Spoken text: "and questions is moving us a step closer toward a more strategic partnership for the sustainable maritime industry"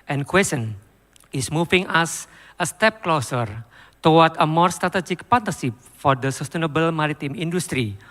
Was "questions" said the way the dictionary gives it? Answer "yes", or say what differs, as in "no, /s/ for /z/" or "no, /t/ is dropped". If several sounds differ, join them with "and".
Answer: no, /tʃ/ is dropped and /z/ is dropped